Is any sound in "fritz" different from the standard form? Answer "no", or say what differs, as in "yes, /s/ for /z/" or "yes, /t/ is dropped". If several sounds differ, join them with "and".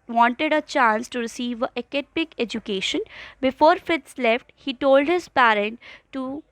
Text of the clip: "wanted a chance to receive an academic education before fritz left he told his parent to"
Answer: yes, /ɹ/ is dropped